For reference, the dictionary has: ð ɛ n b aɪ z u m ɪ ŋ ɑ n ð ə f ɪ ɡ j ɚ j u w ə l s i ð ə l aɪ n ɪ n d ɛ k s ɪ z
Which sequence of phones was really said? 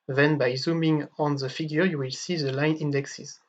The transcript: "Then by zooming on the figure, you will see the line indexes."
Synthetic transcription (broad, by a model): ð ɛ n b aɪ z u m ɪ ŋ ɑ n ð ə f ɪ ɡ j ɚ j u w ə l s i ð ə l aɪ n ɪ n d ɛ k s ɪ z